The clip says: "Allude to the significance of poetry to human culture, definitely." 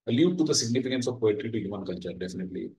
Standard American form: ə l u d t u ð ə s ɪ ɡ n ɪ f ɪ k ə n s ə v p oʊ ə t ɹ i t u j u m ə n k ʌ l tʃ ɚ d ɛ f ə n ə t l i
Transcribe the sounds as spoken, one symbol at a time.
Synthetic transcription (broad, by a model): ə l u t u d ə s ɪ ɡ n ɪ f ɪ k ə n s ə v p oʊ ə t ɹ i t u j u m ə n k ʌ n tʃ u d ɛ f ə n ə t l i